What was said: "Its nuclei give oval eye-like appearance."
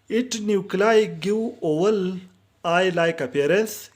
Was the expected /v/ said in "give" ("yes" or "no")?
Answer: no